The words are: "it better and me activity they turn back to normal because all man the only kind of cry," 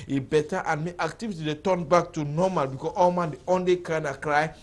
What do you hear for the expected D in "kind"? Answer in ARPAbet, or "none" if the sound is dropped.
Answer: none